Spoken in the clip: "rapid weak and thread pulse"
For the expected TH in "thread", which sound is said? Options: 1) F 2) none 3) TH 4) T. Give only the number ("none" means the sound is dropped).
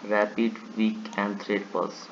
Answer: 4